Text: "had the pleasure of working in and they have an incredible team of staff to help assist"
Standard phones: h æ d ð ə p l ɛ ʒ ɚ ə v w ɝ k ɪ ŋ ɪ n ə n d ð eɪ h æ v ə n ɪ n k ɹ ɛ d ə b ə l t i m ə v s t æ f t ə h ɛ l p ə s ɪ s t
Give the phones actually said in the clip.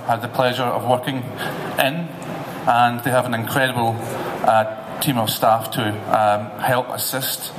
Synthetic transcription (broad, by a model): h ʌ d ð ə p l ɛ ʒ ɚ ə v w ɝ k ɪ ŋ ɪ n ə n ð eɪ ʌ v ə n ɪ n k ɹ ɛ d ə b ə l t i m ə v s t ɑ f t ə h ɛ l p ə s ɪ s t